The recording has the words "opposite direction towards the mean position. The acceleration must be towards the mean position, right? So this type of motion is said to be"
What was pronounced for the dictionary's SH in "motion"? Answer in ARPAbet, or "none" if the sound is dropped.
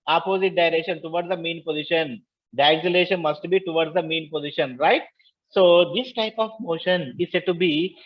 SH